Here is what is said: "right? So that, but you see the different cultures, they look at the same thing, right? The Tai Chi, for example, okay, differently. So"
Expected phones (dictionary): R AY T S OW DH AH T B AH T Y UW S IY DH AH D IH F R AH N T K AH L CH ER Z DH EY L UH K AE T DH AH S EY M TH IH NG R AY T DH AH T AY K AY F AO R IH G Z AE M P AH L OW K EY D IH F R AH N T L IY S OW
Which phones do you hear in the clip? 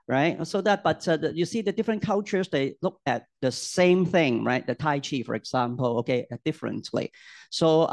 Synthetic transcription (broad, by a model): R AY T S OW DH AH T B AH T Y UW S IY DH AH D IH F R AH N K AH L CH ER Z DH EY L UH K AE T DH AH S EY M TH IH NG R AY T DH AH T AY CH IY F AO R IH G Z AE M P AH L OW K EY D IH F R AH N T L IY S OW